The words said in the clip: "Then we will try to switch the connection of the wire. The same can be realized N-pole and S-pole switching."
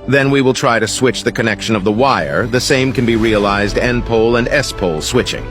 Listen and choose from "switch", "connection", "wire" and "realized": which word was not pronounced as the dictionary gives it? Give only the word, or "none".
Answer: none